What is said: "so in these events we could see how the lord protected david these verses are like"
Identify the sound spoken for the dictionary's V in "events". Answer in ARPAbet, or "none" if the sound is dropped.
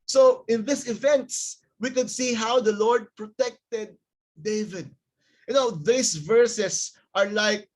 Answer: V